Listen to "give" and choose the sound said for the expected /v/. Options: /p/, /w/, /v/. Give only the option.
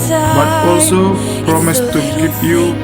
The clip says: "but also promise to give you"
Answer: /p/